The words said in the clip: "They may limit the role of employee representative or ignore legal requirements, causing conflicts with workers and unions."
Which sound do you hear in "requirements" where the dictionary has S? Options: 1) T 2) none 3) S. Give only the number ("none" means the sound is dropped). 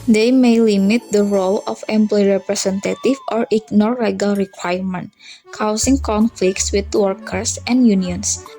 2